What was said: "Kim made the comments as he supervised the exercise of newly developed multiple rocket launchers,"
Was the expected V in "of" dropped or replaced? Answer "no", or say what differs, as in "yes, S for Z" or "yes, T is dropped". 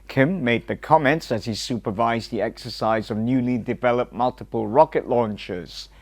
no